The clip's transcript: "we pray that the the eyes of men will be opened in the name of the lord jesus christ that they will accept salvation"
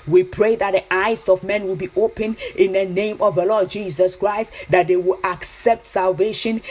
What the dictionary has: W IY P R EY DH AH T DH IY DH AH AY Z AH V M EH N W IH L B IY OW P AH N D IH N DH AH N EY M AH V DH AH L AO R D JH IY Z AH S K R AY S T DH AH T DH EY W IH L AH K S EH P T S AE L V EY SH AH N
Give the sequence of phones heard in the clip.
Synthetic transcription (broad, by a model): W IY P R EY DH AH T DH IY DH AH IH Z AH V M EH N W IH L B IY OW P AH N IH N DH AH N EY M AH V DH AH L AO D JH IY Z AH S K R AY S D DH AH T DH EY W IH L AH K S EH P T S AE L V EY SH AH N